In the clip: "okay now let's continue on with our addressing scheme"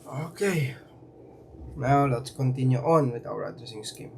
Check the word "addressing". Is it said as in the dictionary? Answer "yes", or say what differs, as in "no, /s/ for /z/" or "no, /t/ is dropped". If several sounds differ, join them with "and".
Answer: no, /ɹ/ is dropped